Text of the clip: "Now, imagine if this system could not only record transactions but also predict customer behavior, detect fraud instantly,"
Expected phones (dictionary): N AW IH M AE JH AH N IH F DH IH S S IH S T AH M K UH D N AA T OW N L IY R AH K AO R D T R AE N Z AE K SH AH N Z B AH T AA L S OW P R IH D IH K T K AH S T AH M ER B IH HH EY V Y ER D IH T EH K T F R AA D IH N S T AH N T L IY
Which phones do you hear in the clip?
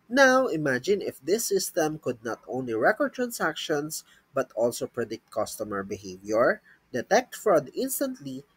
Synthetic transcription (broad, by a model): N AW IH M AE JH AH N IH F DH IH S S IH S T AH M K UH D N AA T OW N L IY R AH K AO R D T R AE N S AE K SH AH N S B AH T AA L S OW P R IH D IH K T K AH S T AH M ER B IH HH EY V Y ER D IH T EH K T F R AA D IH N S T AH N T L IY